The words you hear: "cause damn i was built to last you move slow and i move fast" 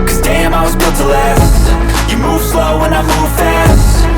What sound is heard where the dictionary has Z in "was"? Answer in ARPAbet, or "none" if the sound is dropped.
Z